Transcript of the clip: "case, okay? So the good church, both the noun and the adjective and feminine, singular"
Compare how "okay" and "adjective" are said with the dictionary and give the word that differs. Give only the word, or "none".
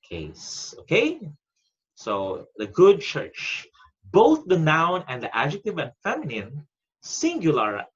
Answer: none